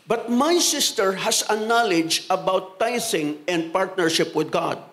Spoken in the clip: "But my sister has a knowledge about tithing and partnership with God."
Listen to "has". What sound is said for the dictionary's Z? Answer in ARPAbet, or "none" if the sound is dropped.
S